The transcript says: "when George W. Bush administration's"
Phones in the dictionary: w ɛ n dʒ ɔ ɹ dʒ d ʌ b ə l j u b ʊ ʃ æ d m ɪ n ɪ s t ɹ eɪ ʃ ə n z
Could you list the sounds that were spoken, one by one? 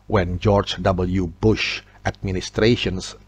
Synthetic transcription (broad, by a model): w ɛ n dʒ ɔ ɹ dʒ d ʌ b ə l j u b ʊ ʃ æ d m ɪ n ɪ s t ɹ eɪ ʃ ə n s